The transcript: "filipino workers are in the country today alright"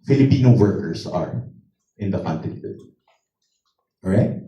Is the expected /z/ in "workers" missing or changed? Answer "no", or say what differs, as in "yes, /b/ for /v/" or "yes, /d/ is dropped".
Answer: yes, /s/ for /z/